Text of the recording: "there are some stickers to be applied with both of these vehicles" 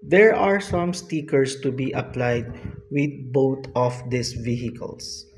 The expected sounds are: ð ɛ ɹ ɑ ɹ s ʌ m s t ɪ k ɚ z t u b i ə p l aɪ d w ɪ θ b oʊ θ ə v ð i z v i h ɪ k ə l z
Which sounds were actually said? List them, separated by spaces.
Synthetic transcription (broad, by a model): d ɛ ɹ ɑ ɹ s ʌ m s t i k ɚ s t u b i ə p l aɪ d w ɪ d b oʊ t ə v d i s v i h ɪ k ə l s